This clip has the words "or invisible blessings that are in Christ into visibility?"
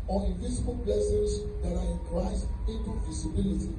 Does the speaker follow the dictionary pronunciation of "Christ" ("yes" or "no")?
no